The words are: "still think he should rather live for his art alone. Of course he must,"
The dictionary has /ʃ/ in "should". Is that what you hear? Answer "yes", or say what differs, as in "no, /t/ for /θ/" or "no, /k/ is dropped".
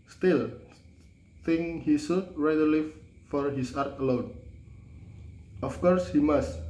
no, /s/ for /ʃ/